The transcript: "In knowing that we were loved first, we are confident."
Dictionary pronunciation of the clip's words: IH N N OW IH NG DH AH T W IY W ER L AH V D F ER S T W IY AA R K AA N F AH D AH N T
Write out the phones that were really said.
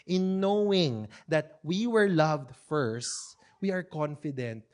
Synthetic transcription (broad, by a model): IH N N OW IH NG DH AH T W IY W ER L AH V D F ER S T W IY AA R K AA N F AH D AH N T